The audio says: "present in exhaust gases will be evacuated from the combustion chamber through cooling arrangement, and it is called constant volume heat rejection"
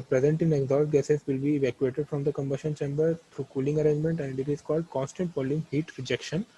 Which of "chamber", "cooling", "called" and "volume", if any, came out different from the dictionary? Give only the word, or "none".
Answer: none